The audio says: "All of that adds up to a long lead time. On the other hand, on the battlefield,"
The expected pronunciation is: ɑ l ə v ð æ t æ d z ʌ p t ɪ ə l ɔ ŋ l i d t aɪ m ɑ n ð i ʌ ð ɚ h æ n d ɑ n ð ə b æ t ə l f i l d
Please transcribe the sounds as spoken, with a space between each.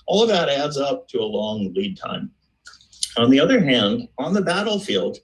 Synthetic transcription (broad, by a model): ɑ l ə v ð æ t æ d z ʌ p t ɪ ə l ɔ ŋ l i d t aɪ m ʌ n ð i ʌ ð ɚ h æ n d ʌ n ð ə b æ t l f i l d